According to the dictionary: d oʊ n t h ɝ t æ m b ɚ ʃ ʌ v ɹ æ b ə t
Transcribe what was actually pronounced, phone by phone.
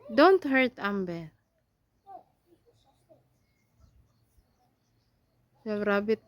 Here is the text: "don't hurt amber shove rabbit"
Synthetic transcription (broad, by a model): d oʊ n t h ɝ t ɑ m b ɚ s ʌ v ɹ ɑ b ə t